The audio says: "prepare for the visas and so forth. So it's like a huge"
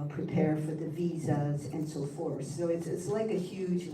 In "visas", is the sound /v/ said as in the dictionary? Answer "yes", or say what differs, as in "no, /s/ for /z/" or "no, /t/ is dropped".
yes